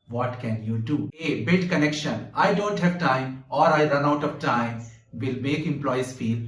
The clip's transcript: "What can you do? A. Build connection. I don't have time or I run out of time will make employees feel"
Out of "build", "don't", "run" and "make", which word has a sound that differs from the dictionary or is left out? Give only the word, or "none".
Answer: build